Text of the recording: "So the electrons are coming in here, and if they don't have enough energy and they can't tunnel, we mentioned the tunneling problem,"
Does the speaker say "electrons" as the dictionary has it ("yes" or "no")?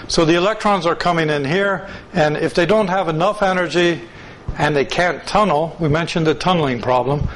yes